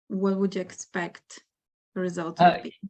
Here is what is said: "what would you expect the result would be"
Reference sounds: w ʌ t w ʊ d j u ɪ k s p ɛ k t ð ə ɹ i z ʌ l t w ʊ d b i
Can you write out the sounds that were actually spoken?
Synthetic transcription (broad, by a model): w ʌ t w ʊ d j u ɪ k s p ɛ k t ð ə ɹ i z ʌ l t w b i